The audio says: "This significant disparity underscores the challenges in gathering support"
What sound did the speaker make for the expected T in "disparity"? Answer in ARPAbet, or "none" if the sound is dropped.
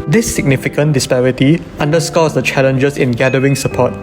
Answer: T